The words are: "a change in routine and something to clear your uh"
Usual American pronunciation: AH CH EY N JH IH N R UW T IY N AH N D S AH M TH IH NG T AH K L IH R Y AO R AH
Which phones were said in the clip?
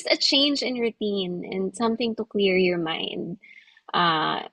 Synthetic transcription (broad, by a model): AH CH EY N JH IH N R UW T IY N AH N D S AH M TH IH NG T AH K L IH R Y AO R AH